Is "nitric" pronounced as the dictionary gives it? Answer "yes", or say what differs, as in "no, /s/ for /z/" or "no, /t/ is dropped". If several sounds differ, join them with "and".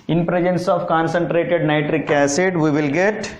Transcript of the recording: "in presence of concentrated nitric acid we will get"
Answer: yes